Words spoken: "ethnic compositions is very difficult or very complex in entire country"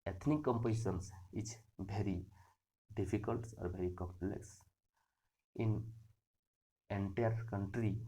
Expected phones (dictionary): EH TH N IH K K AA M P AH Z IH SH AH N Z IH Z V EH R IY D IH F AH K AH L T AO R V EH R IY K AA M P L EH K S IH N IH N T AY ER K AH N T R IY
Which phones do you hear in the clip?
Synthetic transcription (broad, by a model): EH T N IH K K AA M P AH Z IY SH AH N S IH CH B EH R IY D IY P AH K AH L T AO R B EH R IY K AA M P L EH K S IH N IH N T AY ER K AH N T R IY